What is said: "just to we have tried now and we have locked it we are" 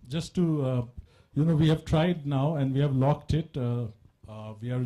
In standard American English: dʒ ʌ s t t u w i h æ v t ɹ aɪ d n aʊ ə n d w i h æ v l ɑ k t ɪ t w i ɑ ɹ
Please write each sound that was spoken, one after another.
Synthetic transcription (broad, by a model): dʒ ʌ s t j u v i h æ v t ɹ aɪ d n aʊ ə n d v i h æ v l ɑ k t ɪ t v i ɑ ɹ